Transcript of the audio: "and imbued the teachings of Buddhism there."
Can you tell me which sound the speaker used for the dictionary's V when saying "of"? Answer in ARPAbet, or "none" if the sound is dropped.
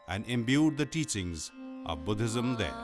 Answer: V